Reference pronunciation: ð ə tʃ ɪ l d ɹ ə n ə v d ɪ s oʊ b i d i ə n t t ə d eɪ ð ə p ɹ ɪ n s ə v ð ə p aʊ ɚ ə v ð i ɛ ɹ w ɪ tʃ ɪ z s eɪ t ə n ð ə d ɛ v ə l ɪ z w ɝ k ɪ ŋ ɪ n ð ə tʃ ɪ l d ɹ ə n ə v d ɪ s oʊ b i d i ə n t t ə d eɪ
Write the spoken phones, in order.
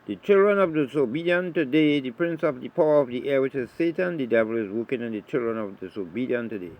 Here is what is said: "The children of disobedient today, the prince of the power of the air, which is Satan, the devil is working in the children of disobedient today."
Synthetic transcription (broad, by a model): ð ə tʃ ɪ l d ɹ ə n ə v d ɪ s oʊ b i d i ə n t t ə d eɪ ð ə p ɹ ɪ n s ə v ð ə p aʊ ɚ ə v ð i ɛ w ɪ tʃ ɪ z s eɪ t ə n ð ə d ɛ v ə l ɪ z w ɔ k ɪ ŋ ɪ n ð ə tʃ ɪ l d ɹ ə n ə v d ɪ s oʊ b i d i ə n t t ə d eɪ